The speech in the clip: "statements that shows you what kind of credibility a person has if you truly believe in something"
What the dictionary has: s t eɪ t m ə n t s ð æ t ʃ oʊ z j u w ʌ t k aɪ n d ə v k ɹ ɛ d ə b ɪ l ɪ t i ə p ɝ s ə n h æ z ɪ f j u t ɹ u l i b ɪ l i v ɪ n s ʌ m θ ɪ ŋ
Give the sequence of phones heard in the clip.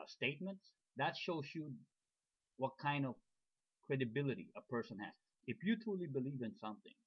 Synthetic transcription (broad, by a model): s t eɪ t m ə n t s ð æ t ʃ oʊ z j u w ʌ t k aɪ n d ə v k ɹ ɛ d ə b ɪ l ɪ t i ə p ɝ s ə n h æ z ɪ f j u t ɹ u l i b ɪ l i v ɪ n s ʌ m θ ɪ ŋ